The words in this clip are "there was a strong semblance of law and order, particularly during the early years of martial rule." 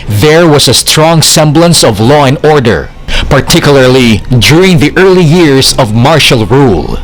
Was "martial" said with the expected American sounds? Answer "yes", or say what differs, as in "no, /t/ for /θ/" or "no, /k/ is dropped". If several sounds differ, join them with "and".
yes